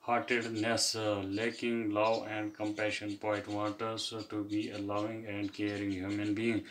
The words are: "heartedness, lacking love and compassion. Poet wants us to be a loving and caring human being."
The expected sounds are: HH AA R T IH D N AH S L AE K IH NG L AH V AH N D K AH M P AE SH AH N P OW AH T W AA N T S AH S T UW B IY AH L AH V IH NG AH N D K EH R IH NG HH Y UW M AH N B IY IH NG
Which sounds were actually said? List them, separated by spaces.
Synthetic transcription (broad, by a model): HH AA R T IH D N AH S L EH K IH NG L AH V AH N D K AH M P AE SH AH N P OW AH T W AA T AH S T UW B IY AH L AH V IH NG AH N D K EH R IH NG HH Y UW M AH N B IY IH NG